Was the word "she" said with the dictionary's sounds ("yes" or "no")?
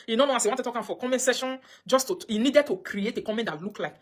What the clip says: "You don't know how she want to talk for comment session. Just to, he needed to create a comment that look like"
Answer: no